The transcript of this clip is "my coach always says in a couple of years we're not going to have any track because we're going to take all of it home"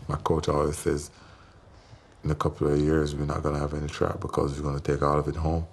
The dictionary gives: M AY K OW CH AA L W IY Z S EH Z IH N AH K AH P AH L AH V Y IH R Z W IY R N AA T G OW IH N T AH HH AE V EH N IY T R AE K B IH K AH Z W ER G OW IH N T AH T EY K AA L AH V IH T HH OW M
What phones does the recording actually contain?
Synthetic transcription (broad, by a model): M AY K OW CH AA L W IY Z S EH Z IH N AH K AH P L AH V Y IH R Z W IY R N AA T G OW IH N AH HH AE V EH N IY T R AE K B IH K AH Z W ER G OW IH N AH T EY K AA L AH V IH T HH OW M